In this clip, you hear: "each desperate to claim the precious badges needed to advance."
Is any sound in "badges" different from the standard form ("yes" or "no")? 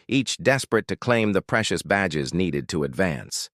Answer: no